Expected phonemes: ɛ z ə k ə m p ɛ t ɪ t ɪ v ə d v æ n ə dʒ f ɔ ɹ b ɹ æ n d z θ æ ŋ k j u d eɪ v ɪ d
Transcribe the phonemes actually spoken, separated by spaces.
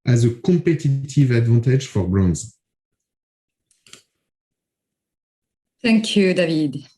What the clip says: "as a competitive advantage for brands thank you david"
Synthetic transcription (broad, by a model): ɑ z ə k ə p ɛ t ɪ t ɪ v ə d v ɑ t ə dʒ f ɔ ɹ b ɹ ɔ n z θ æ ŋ k j u d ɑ v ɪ d